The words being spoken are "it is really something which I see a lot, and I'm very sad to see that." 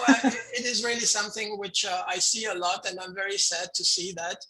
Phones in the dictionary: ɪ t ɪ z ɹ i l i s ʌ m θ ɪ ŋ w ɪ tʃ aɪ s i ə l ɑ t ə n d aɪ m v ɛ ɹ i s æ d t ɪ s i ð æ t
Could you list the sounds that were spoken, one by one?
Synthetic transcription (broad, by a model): ɪ t ɪ z ɹ i l i s ʌ m θ ɪ ŋ w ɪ tʃ aɪ s i ə l ɑ t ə n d aɪ m v ɛ ɹ i s æ d t ɪ s i ð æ t